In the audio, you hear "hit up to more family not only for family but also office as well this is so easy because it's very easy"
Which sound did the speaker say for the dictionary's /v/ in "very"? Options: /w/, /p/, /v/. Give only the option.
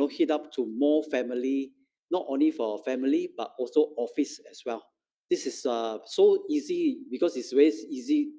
/w/